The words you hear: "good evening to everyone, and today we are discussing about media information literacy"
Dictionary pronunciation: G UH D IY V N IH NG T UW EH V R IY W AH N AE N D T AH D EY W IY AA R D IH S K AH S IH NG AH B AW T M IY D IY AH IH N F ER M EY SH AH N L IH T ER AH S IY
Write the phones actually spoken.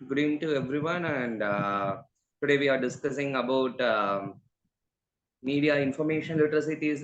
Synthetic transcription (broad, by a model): G D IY N T UW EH V R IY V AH N AE N D T AH D EY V IY AA R D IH S K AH S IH NG AH B AW T M IY D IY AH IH N F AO M EY SH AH N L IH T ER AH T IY